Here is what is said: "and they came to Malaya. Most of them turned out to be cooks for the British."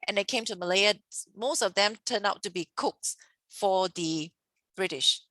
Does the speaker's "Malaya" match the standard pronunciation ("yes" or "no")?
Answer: yes